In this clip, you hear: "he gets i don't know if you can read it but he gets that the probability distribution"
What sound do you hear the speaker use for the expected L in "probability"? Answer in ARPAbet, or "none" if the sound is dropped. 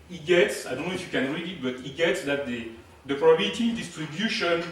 none